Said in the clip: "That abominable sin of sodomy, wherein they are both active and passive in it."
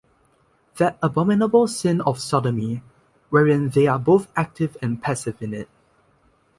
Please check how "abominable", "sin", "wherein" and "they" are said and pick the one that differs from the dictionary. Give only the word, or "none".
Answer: none